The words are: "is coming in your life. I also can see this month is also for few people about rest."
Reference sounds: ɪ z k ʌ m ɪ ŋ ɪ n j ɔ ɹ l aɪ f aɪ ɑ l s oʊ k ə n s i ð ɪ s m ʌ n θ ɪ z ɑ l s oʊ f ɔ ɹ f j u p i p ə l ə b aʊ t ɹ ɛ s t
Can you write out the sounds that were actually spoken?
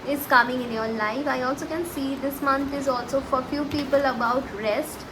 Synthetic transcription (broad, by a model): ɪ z k ʌ m ɪ ŋ ɪ n j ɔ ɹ l aɪ f aɪ ɑ l s oʊ k ə n s i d ɪ s m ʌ n t ɪ z ɑ l s oʊ f ɔ ɹ f j u p i p ə l ə b aʊ t ɹ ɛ s t